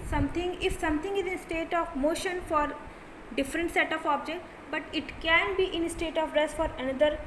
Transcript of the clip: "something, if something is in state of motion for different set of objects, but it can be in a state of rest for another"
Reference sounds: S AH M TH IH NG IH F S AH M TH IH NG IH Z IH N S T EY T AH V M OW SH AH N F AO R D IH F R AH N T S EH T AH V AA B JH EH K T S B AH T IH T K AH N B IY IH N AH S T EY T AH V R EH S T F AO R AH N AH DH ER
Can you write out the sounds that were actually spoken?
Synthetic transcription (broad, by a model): S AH M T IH NG IH F S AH M T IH NG IH Z IH N S T EY T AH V M OW SH AH N F AO R D IH F R AH N T S EH T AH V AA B JH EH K T B AH T IH T K AH N B IY IH N AH S T EY T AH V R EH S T F AO R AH N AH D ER